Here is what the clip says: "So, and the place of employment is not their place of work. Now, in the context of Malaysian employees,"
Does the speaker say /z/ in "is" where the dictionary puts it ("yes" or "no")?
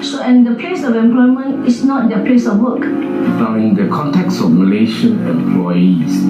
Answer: no